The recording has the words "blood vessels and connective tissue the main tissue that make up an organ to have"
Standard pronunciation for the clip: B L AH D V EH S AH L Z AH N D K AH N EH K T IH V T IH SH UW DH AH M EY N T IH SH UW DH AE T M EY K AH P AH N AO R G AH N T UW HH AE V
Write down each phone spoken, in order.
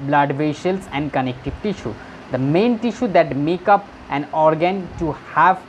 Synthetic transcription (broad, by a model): B L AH D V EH SH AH L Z AH N D K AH N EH K T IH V T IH SH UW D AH M EY N T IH SH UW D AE T M EY K AH P AH N AO R G AH N T UW HH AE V